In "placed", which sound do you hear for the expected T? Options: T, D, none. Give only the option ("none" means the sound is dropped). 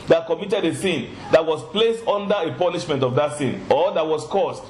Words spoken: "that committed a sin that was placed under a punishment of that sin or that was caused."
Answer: T